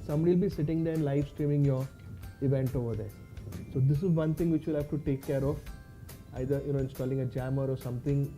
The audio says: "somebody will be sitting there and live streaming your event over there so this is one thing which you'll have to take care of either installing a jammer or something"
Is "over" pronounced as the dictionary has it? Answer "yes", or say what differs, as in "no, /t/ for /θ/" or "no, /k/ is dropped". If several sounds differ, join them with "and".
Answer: yes